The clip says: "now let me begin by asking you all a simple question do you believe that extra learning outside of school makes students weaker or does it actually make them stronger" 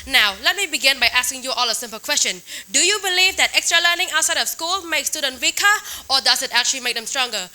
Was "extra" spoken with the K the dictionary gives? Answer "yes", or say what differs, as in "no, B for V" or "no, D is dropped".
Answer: yes